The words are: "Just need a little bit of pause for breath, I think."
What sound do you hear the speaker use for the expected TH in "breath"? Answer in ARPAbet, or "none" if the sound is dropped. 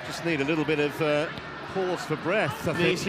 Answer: TH